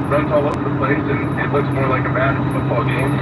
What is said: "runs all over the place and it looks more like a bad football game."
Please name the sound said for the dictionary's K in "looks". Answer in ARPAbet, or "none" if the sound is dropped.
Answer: K